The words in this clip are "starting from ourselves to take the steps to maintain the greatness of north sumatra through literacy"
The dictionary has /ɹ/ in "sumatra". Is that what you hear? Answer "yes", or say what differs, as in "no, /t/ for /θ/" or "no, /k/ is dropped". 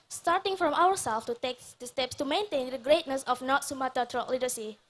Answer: no, /ɹ/ is dropped